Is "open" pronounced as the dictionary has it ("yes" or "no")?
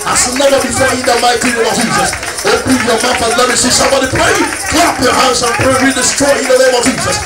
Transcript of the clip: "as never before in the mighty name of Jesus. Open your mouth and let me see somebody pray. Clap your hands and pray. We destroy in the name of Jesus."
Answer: no